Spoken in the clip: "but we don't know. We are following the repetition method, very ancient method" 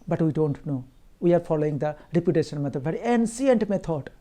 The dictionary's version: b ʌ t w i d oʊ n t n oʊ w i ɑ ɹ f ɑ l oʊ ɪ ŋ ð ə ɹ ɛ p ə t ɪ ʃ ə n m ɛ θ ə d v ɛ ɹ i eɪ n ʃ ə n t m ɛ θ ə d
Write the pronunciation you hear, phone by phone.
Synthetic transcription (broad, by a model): b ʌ t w i d oʊ n t n oʊ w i ɑ ɹ f ɑ l oʊ ɪ ŋ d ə ɹ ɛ p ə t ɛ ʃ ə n m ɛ t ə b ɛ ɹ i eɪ n s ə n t m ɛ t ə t